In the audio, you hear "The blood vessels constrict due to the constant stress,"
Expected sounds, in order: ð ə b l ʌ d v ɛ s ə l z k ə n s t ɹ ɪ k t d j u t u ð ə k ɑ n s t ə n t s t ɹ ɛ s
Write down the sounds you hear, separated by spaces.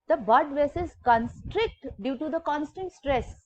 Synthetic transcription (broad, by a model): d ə b ʌ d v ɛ s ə z k ə n s t ɹ ɪ k t d j u t u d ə k ɑ n s t ə n t s t ɹ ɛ s